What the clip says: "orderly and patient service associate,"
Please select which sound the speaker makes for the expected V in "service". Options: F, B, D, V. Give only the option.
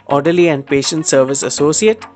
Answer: V